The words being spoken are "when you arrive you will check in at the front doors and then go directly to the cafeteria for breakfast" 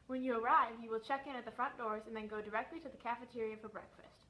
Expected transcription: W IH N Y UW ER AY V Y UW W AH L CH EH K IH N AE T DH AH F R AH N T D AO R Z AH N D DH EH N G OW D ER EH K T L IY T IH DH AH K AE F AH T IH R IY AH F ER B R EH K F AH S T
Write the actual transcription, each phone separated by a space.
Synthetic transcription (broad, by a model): W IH N Y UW ER AY V Y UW W AH L CH EH K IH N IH T DH AH F R AH N D AO R Z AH N DH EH N G OW D ER EH K T L IY T IH DH AH K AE F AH T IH R IY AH F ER B R EH K F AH S T